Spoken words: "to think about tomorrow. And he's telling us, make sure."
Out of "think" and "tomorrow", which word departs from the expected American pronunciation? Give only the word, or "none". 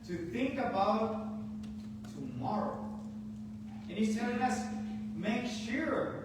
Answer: none